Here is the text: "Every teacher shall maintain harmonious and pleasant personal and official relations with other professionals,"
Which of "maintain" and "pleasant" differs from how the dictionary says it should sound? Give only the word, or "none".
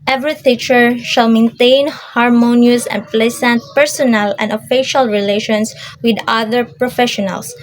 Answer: pleasant